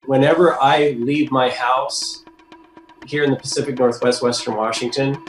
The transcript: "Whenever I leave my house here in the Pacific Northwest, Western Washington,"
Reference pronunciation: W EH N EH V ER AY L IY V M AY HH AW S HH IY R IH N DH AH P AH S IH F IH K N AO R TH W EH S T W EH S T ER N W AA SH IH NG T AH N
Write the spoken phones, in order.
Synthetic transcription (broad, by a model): W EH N EH V ER AY L IY V M AY HH AW S HH IY R IH N DH AH P AH S IH F IH K N AO R TH W EH S T W EH S T ER N W AA SH IH NG T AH N